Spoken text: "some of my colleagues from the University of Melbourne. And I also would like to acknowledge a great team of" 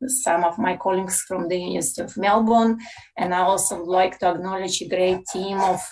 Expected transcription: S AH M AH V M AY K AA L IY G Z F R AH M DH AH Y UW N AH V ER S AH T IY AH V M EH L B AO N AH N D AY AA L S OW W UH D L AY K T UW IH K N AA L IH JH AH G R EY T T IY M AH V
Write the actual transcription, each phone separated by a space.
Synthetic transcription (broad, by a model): S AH M AH V M AY K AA L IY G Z F R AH M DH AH Y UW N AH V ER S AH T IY AH V M EH L B AO N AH N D AY AA L S OW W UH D L AY K T UW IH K N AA L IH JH AH G R EY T T IY M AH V